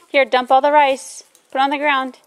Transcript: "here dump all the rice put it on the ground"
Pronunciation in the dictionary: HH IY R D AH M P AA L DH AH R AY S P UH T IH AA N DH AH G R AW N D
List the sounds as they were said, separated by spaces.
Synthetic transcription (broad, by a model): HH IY R D AH M P AA L DH AH R AY S B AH T N DH AH G R AW N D